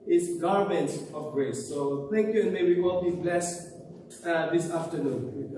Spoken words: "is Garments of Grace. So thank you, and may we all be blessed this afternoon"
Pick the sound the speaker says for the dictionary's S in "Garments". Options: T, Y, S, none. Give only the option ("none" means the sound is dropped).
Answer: none